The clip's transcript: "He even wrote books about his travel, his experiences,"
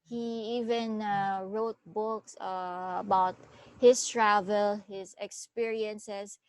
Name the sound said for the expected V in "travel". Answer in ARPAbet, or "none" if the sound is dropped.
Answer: V